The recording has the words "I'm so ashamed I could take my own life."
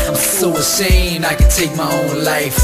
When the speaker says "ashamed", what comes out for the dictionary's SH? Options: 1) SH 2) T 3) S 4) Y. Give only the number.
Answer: 3